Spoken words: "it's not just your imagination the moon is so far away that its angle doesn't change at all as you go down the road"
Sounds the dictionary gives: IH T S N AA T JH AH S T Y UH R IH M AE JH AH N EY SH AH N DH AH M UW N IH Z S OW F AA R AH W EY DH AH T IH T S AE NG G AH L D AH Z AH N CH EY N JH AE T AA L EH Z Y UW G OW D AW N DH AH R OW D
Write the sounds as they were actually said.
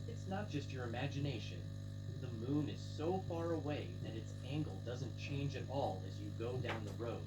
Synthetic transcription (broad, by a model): IH T S N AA T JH AH S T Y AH R IH M AE JH AH N EY SH AH N DH AH M UW N IH Z S OW F AA R AH W EY DH AH T IH T S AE NG G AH L D AH Z AH N CH EY N JH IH T AA L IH Z Y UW G OW D AW N DH AH R OW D